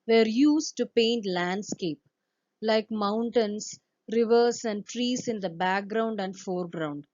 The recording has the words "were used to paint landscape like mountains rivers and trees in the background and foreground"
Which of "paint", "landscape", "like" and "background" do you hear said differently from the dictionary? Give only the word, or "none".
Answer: none